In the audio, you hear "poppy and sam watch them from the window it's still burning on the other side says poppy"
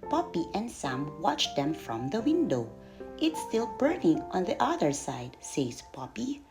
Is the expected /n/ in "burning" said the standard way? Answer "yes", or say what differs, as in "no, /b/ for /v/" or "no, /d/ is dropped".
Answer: yes